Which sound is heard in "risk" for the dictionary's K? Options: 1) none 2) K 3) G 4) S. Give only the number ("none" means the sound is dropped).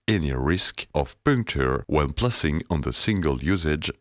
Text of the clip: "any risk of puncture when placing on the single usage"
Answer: 2